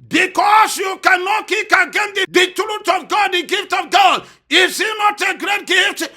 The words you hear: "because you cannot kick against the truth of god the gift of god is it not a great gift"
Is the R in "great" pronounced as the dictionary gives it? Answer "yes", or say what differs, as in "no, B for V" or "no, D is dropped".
yes